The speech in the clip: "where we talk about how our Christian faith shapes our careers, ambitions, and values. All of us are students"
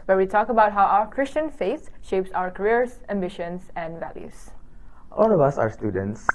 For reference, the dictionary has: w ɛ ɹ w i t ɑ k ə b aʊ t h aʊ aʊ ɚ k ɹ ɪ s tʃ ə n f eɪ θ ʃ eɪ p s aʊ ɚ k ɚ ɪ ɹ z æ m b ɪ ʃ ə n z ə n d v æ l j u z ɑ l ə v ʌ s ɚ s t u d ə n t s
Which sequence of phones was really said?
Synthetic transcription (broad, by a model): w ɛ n w i t ɑ k ə b aʊ t h aʊ aʊ ɚ k ɹ ɪ s tʃ ə n f eɪ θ ʃ eɪ p s aʊ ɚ k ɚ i ɹ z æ m b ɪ ʃ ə n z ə n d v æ l j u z ɑ l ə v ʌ s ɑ s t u d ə n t s